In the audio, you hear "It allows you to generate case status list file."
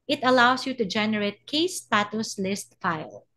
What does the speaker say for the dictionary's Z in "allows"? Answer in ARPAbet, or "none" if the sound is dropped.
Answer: S